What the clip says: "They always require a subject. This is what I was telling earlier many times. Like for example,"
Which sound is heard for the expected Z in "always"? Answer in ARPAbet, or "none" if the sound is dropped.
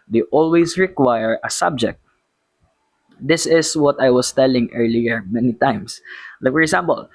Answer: S